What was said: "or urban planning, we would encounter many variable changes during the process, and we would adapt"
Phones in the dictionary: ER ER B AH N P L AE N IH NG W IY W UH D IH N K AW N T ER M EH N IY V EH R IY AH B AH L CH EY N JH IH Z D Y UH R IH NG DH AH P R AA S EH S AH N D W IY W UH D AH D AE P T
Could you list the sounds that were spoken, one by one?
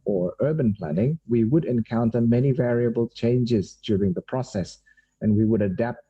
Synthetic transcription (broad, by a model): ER ER B AH N P L AE N IH NG W IY W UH D IH N K AW N T ER M EH N IY V EH R IY AH B AH L CH EY N JH IH Z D Y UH R IH NG DH AH P R AA S EH S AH N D W IY W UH D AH D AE P T